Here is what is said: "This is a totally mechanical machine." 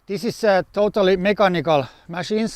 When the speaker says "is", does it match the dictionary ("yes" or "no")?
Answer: no